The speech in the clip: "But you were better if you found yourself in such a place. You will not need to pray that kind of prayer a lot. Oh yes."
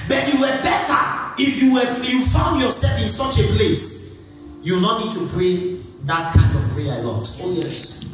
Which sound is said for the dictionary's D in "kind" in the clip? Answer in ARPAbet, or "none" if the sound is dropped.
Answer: D